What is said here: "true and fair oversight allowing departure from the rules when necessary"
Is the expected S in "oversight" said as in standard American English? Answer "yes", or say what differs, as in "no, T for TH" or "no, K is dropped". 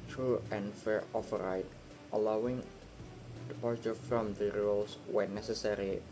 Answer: no, S is dropped